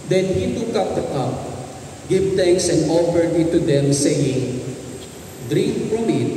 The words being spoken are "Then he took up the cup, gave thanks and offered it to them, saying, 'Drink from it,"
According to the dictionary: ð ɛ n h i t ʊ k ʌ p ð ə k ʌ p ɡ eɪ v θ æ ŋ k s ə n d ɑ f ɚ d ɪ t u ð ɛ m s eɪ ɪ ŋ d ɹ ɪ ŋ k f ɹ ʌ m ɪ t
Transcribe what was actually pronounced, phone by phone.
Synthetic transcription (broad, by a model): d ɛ n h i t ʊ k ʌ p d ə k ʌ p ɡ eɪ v t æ ŋ k s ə n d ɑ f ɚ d ɪ t u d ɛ m s eɪ ɪ ŋ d ɹ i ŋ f ɹ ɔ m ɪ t